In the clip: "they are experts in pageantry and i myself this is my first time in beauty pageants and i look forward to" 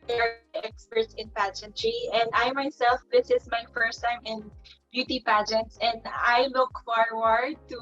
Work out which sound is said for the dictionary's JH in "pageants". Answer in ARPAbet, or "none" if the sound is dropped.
JH